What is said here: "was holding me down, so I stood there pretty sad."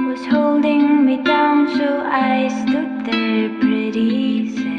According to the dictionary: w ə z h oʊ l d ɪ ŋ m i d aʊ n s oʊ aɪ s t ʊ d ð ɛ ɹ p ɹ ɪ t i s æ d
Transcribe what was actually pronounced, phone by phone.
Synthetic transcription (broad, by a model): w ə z h oʊ l d ɪ ŋ m i d aʊ n s oʊ aɪ s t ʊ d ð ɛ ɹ b ɹ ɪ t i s